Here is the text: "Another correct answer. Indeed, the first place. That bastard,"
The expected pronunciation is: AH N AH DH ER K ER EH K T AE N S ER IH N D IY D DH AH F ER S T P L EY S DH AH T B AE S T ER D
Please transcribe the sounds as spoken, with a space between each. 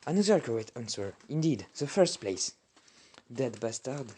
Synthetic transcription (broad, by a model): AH N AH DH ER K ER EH T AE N S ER IH N D IY D DH AH F ER S T P L EY S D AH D B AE S T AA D